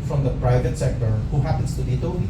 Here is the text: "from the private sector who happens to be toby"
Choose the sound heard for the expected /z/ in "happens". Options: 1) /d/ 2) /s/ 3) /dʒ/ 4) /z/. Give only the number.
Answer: 2